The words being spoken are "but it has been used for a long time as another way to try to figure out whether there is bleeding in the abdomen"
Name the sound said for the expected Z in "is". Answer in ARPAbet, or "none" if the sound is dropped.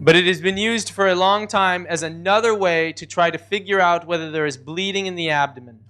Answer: Z